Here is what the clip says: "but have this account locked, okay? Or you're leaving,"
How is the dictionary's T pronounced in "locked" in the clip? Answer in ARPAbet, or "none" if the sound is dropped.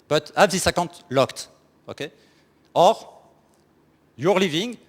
T